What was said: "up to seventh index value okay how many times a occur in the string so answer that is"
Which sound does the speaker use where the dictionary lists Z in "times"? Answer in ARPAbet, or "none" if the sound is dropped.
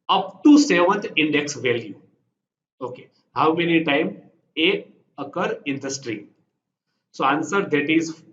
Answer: none